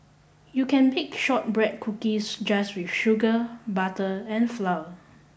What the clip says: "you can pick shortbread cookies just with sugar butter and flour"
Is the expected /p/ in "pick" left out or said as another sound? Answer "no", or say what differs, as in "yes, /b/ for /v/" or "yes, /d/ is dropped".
yes, /b/ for /p/